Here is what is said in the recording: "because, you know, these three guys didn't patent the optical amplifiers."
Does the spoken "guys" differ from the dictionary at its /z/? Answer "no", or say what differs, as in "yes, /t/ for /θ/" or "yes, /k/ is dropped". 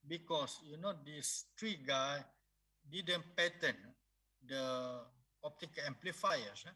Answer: yes, /z/ is dropped